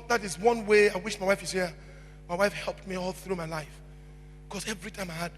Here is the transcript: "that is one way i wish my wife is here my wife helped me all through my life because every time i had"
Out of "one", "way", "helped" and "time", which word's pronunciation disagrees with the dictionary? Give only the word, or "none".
none